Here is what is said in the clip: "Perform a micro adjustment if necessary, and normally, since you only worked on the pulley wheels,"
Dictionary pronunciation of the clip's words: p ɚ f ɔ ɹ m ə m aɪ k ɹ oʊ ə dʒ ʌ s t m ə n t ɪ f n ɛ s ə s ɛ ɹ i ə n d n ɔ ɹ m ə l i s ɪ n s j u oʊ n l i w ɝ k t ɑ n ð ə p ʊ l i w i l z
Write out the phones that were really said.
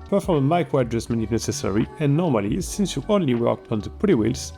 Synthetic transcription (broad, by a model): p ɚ f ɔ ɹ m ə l aɪ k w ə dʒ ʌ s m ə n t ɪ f n ɛ s ə s ɛ ɹ i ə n n ɔ ɹ m ə l i s ɪ n s j u oʊ n l i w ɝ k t ɑ n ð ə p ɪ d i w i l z